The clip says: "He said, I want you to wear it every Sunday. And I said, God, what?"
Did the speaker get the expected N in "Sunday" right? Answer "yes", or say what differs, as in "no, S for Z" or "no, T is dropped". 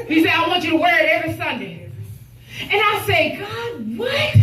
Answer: yes